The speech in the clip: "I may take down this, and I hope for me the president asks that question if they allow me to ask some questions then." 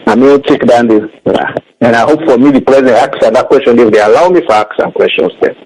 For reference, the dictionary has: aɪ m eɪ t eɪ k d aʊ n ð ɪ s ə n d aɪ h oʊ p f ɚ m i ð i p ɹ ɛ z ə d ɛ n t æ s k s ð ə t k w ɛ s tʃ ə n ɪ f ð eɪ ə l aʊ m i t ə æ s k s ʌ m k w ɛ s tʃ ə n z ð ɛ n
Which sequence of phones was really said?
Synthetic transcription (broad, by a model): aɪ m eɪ t eɪ k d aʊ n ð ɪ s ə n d aɪ h oʊ p f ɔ m i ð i p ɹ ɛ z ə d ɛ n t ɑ k s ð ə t k w ɛ s tʃ ə n ɪ f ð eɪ ə l aʊ m i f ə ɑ k s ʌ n k w ɛ s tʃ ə n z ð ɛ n